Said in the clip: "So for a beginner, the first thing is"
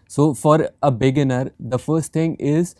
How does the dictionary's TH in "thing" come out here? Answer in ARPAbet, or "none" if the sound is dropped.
T